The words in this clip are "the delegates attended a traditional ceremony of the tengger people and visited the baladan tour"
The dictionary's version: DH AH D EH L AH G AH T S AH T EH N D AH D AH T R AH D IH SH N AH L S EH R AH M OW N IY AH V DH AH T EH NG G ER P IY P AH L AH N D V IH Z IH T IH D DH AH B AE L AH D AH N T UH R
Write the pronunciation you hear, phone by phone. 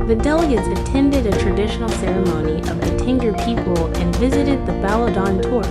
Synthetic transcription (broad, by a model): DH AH D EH L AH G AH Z AH T EH N D AH D AH T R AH D IH SH N L S EH R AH M OW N IY AH V DH AH T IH NG G ER P IY P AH L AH N V IH Z IH T IH D DH AH B AE L AH D AH N T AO R